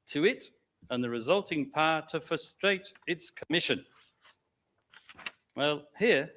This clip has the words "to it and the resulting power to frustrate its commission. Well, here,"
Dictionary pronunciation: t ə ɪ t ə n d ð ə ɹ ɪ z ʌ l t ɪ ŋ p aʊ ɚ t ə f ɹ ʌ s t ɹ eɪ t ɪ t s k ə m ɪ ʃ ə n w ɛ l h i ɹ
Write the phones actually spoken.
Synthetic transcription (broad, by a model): t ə ɪ t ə n ð ə ɹ ɪ z ʌ l t ɪ ŋ p aʊ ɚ t ə f ɹ ʌ s t ɹ eɪ t ɪ t s k ə m ɪ ʃ ə n w ɛ l h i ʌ